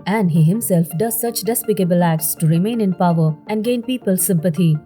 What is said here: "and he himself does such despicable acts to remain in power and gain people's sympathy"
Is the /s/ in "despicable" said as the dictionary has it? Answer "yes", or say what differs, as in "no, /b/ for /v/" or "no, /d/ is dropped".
yes